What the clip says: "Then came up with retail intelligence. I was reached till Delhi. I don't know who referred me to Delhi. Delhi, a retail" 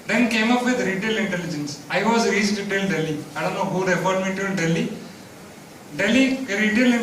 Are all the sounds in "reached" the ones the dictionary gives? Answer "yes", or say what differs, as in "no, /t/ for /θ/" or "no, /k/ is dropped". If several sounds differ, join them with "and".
no, /s/ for /tʃ/